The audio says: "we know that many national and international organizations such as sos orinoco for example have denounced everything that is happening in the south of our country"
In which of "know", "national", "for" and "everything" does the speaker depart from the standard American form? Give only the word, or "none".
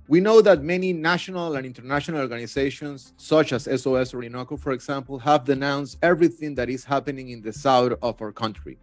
none